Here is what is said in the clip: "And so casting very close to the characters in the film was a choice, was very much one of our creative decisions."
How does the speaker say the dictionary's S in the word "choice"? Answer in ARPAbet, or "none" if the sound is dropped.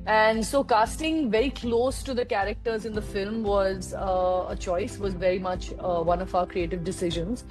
S